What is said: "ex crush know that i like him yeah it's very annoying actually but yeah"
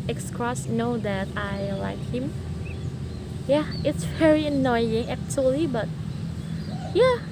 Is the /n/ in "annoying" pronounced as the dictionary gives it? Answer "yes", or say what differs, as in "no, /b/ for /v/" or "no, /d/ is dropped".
yes